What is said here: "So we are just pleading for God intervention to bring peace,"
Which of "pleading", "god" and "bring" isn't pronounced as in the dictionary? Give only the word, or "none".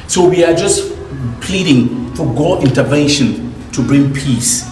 none